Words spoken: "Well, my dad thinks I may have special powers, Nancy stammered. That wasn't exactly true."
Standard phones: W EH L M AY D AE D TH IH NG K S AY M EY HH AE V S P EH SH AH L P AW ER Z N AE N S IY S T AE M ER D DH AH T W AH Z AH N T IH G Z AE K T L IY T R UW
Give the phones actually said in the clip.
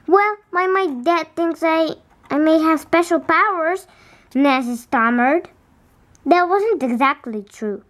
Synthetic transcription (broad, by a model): W EH L M AY D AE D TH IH NG K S AY M EY HH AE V S P EH SH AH L P AW ER Z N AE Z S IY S T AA M ER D DH AH T W AH Z AH N T IH G Z AE K T L IY T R UW